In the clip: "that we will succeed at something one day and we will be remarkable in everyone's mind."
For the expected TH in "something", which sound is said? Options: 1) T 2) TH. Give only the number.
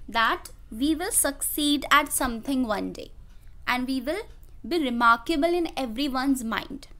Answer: 1